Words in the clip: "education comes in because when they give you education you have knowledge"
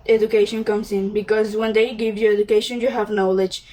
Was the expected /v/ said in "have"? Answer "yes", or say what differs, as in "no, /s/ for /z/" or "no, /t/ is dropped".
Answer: yes